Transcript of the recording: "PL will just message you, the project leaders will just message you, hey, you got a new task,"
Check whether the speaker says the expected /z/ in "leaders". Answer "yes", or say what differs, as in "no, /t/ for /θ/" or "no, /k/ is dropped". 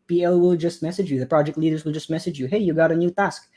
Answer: yes